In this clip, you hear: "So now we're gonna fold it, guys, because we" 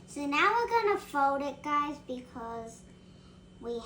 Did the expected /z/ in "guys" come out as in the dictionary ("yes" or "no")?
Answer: yes